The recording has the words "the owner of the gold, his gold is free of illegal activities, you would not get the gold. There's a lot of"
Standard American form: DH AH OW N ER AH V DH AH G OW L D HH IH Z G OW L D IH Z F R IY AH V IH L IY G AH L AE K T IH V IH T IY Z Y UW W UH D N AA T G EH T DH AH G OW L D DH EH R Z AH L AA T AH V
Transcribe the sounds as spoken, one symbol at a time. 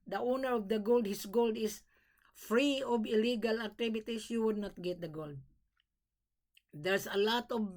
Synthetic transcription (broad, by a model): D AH OW N ER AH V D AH G OW L D HH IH S G OW L D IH S F R IY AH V IH L IY G AH L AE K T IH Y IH T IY S Y UW W UH D N AA T G EH T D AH G OW L D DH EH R S AH L AA T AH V